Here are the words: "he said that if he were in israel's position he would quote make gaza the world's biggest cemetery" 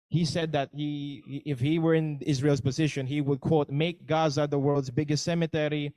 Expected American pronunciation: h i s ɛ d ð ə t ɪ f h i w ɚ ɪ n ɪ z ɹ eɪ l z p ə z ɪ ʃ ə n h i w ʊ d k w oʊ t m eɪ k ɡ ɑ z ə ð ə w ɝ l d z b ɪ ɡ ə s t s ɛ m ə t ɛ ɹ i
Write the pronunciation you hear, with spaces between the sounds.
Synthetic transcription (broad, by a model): h i s ɛ d ð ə t ɪ f h i w ɚ ɪ n ɪ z ɹ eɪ l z p ə z ɪ ʃ ə n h i w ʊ d k w oʊ t m eɪ k ɡ ɑ z ə ð ə w ɝ l d z b ɪ ɡ ə s t s ɛ m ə t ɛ ɹ i